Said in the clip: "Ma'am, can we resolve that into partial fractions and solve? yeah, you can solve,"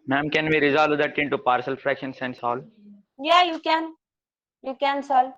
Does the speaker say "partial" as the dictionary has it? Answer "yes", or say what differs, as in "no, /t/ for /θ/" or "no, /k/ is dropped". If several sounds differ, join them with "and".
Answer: no, /s/ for /ʃ/